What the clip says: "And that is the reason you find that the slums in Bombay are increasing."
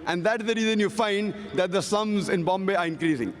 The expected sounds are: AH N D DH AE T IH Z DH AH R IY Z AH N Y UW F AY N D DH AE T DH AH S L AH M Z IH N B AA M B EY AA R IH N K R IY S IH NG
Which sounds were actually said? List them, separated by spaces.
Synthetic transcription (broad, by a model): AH N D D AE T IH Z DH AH R IY Z AH N Y UW F AY N D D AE T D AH S AH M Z IH N B AA M B EY AA R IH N K R IY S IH NG